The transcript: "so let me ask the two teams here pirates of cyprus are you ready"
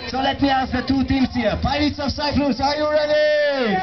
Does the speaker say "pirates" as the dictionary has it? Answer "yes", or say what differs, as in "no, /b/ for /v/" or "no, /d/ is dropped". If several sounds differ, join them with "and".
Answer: no, /ɹ/ is dropped